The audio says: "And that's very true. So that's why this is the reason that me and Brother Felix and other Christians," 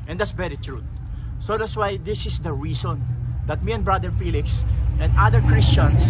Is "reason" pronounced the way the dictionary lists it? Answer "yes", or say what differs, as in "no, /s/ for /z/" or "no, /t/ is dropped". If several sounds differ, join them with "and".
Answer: no, /s/ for /z/